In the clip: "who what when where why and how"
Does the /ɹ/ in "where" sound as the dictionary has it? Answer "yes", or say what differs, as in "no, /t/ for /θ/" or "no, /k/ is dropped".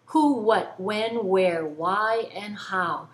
yes